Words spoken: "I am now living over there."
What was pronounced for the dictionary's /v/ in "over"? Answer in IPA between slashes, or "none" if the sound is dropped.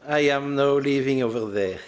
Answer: /v/